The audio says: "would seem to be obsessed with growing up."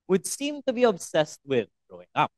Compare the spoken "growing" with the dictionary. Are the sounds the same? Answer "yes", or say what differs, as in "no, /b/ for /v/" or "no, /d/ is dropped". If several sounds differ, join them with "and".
no, /ɹ/ is dropped